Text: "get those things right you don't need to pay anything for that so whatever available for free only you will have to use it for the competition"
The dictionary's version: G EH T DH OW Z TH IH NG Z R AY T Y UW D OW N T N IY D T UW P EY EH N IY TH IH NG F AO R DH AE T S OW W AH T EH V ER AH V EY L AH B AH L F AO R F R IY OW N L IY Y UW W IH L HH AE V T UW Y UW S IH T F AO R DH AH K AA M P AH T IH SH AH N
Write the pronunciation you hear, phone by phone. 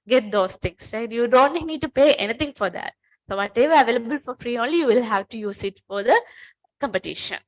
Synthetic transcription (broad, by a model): G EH T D OW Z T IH NG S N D Y UW D OW N T N IY D T UW P EY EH N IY T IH NG F AO R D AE T S OW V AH T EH V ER AH V EY L AH B AH L F AO R F R IY OW N L IY Y UW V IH L HH AE V T UW Y UW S IH T F AO R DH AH K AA M P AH T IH SH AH N